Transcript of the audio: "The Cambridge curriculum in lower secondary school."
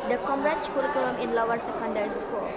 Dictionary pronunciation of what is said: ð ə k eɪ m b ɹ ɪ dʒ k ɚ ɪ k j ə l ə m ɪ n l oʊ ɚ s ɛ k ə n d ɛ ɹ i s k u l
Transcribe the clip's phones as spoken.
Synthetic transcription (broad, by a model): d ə k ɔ m ɹ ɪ tʃ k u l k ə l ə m ɪ n l oʊ ɚ s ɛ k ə n d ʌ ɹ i s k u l